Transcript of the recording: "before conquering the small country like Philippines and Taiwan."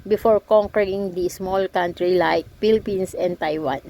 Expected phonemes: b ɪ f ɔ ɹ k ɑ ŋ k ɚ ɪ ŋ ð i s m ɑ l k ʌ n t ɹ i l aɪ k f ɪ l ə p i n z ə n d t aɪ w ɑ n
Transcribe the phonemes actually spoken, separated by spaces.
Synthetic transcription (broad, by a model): b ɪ f ɔ ɹ k ɑ ŋ k ɚ ɪ ŋ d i s m ɑ l k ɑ n t ɹ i l aɪ k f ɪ l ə p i n s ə n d t aɪ w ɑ n